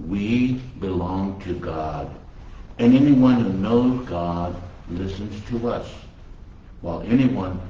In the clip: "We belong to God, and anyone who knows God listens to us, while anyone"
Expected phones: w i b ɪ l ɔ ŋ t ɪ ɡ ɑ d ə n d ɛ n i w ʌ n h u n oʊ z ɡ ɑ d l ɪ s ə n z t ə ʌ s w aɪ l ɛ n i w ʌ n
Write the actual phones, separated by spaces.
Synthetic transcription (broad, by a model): w i b ɪ l ɔ ŋ t ɪ ɡ ɑ d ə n ɛ n i w ʌ n h u n oʊ z ɡ ɑ d l ɪ s ə n z t ə ʌ s w aɪ l ɛ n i w ʌ n